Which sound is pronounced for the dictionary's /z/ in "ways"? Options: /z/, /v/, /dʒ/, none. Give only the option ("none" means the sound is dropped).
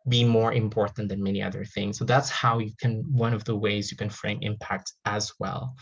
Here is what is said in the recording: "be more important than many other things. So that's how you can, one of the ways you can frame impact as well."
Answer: /z/